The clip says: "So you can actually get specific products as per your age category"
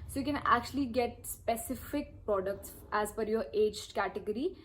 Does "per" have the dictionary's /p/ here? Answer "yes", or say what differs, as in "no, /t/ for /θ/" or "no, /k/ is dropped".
no, /f/ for /p/